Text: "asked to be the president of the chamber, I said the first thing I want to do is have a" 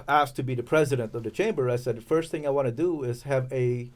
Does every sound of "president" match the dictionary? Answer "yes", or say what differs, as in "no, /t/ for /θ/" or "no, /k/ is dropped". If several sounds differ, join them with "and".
yes